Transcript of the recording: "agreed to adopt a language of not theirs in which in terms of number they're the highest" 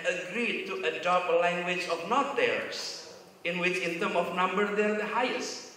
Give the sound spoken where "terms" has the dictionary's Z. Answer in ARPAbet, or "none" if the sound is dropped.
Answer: none